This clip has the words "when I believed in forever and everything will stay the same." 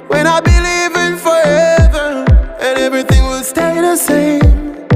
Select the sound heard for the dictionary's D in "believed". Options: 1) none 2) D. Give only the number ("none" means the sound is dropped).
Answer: 1